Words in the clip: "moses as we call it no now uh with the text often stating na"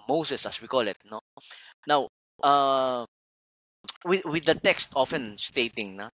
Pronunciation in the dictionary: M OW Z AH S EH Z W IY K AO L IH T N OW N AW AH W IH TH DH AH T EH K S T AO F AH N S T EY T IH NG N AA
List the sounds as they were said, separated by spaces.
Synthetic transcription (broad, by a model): M OW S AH S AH S W IY K AO L IH T N OW N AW AH W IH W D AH T EH K S T AO F AH N S T EY T IH NG N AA